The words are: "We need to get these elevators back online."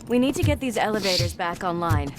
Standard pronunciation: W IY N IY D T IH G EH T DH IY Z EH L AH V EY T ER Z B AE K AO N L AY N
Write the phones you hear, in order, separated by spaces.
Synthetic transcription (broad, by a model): W IY N IY D T IH G EH T DH IY Z EH L AH V EY T ER Z B AE K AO N L AY N